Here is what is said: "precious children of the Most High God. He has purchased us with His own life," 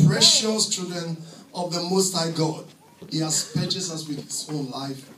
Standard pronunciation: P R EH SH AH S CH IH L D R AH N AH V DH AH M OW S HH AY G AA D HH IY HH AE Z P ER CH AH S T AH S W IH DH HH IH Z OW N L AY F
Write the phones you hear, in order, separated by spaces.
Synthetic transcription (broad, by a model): P R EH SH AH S CH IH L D R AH N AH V DH AH M OW S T AY G AA D HH IY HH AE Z P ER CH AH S AH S W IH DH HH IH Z OW N L AY F